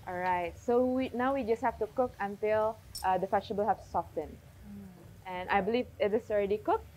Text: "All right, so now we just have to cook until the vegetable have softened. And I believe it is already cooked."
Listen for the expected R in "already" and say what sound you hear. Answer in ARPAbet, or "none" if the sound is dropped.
R